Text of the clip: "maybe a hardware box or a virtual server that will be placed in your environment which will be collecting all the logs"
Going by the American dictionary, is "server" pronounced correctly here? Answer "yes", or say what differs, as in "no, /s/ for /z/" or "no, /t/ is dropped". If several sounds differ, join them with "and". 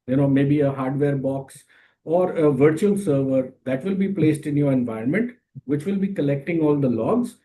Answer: yes